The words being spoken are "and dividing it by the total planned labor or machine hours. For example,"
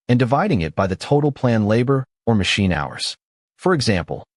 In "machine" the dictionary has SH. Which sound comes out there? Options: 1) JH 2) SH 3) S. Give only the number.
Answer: 2